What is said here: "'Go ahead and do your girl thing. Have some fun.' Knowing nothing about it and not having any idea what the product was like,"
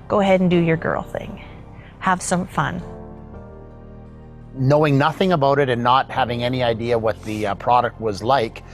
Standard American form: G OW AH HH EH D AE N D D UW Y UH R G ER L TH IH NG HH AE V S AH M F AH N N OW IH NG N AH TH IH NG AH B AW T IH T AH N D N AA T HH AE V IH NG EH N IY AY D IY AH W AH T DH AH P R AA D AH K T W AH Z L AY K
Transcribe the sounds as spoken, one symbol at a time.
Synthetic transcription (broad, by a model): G OW AH HH EH D N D D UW Y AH R G ER L TH IH NG HH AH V S AH M F AH N N OW IH NG N AH TH IH NG AH B AW T IH T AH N N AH T HH AE V IH NG EH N IY AY D IY AH W AH T DH AH P R AA D AH K T W AH Z L AY K